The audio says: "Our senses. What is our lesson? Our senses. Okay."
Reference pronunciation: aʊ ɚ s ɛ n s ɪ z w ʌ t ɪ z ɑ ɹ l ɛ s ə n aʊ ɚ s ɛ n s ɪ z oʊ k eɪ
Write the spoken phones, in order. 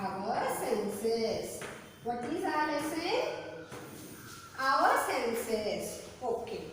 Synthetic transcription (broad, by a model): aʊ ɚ s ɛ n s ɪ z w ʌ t ɪ z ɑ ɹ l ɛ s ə aʊ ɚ s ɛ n s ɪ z oʊ k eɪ